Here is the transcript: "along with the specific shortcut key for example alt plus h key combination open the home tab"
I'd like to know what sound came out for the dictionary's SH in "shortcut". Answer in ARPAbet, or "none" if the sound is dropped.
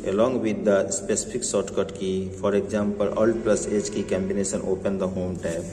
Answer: S